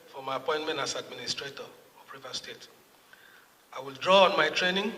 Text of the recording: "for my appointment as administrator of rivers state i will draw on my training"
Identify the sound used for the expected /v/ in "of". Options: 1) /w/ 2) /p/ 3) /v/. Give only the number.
2